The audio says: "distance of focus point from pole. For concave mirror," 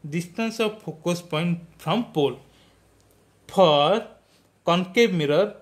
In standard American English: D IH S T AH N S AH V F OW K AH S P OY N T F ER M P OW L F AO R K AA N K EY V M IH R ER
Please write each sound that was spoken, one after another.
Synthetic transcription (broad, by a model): D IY S T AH N S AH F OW K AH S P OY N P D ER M P OW L P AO R K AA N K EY B M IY R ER